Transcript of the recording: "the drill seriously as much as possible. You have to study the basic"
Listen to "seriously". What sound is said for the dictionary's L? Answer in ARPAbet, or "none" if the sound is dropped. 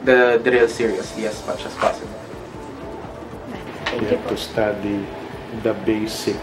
none